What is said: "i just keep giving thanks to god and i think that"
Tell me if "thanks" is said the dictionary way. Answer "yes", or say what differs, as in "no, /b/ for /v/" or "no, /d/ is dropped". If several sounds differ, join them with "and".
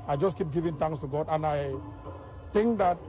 no, /k/ is dropped